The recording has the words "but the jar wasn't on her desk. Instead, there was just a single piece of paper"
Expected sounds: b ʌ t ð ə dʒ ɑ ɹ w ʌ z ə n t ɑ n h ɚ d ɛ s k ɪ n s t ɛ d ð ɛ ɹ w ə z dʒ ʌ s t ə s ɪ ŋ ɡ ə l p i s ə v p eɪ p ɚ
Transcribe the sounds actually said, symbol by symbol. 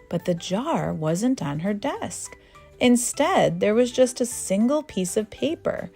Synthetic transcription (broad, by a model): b ʌ t ð ə dʒ ɑ ɹ w ʌ z ə n t n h ɚ d ɛ s k ɪ n s t ɛ d ð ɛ ɹ w ə z dʒ ʌ s t ə s ɪ ŋ ɡ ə l p i s ə v p eɪ p ɚ